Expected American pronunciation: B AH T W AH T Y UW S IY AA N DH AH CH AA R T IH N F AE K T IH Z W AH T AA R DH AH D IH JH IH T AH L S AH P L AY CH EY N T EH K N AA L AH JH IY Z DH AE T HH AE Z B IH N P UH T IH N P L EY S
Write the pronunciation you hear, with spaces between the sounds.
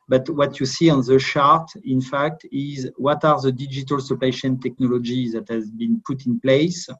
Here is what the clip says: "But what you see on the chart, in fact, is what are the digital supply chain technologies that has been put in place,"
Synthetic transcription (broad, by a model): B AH T W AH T Y UW S IY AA N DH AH SH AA R T IH N F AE K T IH Z W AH T AA R DH AH D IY JH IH T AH L S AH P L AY SH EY N T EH K N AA L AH JH IY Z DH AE T HH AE Z B IH N P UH T IH N P L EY S